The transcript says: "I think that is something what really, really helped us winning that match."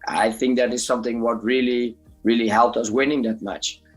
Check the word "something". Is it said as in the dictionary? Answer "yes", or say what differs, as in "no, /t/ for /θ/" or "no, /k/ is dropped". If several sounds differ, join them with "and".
yes